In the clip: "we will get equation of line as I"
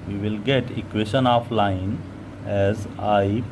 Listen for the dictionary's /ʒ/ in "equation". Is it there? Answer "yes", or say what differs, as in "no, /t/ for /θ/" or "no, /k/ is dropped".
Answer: no, /ʃ/ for /ʒ/